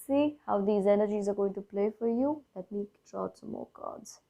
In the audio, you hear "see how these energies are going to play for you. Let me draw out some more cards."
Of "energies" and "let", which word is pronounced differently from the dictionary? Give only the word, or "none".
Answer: none